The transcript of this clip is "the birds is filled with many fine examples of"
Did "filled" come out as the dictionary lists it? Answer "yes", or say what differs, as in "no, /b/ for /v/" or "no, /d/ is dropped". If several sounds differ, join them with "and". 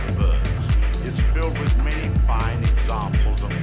yes